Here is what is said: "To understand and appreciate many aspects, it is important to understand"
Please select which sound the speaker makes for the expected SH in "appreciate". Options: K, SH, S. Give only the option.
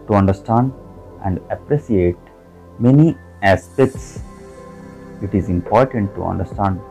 S